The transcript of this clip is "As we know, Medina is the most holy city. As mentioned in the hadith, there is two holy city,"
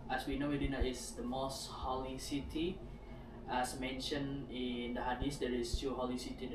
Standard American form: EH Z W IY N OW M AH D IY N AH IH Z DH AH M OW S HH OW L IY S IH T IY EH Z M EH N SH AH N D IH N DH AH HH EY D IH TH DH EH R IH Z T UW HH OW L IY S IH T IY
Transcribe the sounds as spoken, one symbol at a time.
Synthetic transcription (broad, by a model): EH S W IY N OW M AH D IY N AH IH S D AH M OW S HH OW L IY S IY T IY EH S M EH N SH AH N IH N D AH HH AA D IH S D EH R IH S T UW HH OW L IY S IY T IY